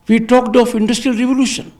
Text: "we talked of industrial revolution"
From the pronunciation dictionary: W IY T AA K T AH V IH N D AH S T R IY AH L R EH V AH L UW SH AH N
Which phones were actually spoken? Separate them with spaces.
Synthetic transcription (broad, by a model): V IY T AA K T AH P IH N D AH S T R IY AH L R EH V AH L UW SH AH N